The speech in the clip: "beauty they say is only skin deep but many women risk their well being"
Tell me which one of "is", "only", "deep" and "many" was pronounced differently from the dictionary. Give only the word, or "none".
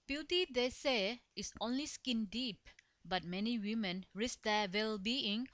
is